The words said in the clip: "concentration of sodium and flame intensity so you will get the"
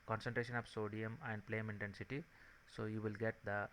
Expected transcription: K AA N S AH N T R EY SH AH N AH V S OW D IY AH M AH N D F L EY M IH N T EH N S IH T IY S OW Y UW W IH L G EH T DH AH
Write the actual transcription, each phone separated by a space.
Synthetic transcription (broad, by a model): K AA N S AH N T R EY SH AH N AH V S OW D IY AH M AH N D P L EY M IH N T EH N S IH T IY S OW Y UW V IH L G EH T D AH